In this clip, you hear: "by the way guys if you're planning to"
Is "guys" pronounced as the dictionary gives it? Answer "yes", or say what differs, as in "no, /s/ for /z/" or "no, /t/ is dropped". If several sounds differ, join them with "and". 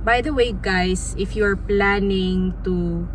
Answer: no, /s/ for /z/